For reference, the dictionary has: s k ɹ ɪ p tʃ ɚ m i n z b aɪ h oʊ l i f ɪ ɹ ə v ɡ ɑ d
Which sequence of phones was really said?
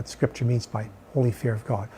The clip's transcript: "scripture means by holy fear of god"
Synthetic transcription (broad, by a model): s k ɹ ɪ p tʃ ɚ m i n z b aɪ h oʊ l i f ɪ ɹ ə v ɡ ɑ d